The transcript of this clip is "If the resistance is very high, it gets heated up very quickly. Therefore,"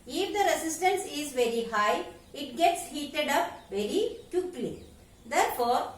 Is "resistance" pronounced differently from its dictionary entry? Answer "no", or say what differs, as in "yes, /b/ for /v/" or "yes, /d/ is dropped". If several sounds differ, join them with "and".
yes, /s/ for /z/